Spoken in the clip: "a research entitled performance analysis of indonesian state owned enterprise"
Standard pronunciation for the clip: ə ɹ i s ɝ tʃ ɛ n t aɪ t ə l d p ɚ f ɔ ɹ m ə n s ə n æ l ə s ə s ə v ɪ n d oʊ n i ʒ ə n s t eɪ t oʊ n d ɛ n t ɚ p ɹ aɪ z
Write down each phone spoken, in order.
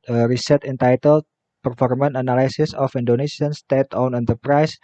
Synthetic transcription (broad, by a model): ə ɹ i s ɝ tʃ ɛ n t aɪ t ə l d p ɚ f ɔ ɹ m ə n ə n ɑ l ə s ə s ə f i n d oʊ n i ʃ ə n s t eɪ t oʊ n ɛ n t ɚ p ɹ aɪ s